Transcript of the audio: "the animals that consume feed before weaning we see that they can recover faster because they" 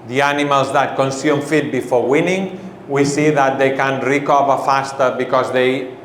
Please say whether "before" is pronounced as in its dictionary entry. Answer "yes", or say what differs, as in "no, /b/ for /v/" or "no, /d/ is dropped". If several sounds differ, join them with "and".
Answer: yes